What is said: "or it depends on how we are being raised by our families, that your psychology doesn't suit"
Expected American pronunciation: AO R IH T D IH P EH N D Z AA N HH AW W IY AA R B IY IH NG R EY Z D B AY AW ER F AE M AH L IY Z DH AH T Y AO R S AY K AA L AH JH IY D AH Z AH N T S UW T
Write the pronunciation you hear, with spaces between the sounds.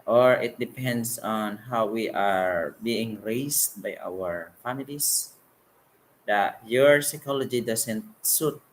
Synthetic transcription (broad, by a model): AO R IH T D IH P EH N D S AA N HH AW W IY AA R B IY IH NG R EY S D B AY AW ER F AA M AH L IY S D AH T Y AO R S AY K AA L AH JH IY D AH S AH N T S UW T